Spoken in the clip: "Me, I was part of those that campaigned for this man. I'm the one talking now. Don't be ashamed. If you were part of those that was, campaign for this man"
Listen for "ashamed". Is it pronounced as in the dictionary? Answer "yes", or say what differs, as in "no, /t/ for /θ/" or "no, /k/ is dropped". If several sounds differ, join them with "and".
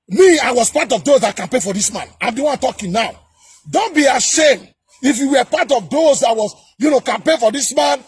yes